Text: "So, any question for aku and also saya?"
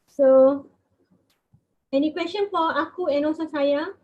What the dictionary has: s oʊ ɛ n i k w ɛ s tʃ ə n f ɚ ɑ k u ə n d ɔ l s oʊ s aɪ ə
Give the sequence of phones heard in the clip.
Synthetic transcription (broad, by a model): s oʊ ɛ n i k w ɛ s tʃ ə n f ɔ ɑ k u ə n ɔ s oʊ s aɪ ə